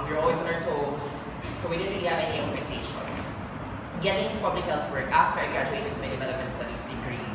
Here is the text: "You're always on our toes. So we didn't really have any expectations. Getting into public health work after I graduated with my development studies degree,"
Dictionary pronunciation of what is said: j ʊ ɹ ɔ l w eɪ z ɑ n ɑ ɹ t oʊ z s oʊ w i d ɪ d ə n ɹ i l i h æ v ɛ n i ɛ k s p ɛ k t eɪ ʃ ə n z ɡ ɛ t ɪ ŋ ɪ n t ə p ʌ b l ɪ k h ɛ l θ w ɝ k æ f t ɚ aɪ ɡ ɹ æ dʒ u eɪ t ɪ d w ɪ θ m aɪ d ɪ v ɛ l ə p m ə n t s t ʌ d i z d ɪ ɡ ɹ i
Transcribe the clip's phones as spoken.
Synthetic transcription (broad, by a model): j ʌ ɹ ɔ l w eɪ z ɑ n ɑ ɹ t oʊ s s oʊ w i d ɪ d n ɹ i l i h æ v ɛ n i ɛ k s p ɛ k t eɪ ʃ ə n s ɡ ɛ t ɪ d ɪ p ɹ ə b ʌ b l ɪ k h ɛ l t w ɝ k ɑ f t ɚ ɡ ɹ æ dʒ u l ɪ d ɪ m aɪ d ɪ v ɛ l ə p m ə n t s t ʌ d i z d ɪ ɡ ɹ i